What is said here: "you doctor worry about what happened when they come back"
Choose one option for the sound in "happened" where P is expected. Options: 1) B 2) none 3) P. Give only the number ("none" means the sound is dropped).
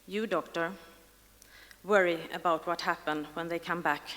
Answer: 3